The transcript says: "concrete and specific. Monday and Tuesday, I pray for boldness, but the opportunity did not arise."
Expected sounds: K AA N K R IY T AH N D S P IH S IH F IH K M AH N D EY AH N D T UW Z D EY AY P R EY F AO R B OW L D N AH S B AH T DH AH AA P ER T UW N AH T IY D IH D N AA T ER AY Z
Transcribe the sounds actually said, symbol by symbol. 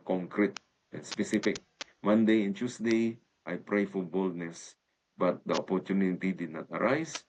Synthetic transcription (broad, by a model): K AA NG K R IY T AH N S P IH S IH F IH K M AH N D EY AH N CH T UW S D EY AY P R EY F AO R B OW L D N AH S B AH T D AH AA P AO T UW N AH T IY D IH D N AA T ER AY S